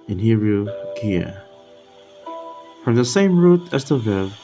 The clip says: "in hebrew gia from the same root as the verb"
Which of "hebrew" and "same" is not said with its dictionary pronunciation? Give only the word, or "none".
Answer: hebrew